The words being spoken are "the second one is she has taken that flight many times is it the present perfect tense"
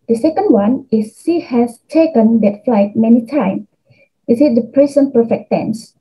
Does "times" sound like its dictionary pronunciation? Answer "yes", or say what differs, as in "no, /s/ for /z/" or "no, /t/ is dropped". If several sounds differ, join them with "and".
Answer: no, /z/ is dropped